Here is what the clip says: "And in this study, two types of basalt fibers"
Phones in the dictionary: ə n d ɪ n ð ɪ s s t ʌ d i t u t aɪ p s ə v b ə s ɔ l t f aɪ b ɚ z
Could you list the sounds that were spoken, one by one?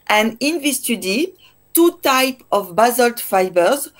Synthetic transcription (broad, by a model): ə n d ɪ n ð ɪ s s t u d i t u t aɪ p ə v b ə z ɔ l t f aɪ b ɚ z